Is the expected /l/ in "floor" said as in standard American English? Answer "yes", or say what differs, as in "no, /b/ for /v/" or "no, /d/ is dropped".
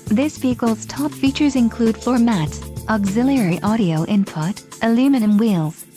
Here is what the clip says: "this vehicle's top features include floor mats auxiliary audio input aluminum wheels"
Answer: no, /l/ is dropped